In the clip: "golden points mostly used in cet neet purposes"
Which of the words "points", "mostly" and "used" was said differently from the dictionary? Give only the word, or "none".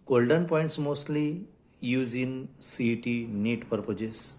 used